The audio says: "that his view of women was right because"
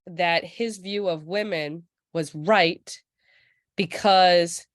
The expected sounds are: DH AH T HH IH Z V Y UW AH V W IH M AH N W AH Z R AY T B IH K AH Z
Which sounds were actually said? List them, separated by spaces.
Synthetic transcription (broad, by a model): DH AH T HH IH Z V Y UW AH V W IH M AH N W AH Z R AY T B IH K AH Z